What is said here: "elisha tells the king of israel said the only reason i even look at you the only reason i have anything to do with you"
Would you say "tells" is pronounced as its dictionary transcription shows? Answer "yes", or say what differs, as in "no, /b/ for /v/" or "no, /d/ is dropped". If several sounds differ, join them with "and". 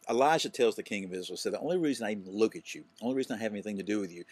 yes